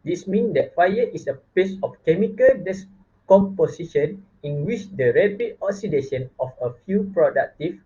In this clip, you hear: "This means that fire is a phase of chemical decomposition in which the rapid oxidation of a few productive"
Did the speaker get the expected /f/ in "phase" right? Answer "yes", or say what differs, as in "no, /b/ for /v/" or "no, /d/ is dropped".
no, /p/ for /f/